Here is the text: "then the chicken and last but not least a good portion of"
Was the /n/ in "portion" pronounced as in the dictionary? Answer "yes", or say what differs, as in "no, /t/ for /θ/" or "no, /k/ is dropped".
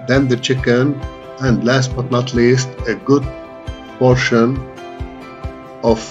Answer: yes